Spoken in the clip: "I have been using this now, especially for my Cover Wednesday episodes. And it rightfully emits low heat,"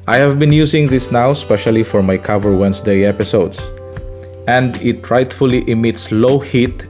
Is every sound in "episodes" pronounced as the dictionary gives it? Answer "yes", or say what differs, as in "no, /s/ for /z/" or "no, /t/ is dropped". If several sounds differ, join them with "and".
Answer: no, /s/ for /z/